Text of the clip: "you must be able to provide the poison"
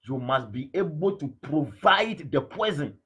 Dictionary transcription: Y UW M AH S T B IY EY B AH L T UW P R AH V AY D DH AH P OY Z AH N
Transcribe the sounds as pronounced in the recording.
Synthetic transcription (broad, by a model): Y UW M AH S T B IY EY B AH L T UW P R AH V AY D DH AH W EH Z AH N